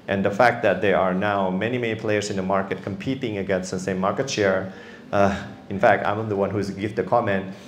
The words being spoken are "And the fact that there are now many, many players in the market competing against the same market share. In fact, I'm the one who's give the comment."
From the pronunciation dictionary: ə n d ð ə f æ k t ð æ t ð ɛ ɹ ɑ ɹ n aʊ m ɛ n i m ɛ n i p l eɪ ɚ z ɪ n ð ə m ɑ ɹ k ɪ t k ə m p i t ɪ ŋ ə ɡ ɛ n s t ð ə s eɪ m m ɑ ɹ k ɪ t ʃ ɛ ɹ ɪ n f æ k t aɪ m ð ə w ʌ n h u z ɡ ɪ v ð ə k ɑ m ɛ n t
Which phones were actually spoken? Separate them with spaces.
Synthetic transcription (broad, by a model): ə n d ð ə f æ k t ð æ t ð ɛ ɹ ɑ ɹ n aʊ m ɛ n i m ɛ n i p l eɪ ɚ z ɪ n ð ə m ɑ ɹ k ɪ t k ə m p i t ɪ ŋ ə ɡ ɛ n s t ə s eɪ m m ɑ ɹ k ɪ t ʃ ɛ ɹ ɪ n f æ k t aɪ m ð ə w ʌ n h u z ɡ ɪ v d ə k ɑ m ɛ n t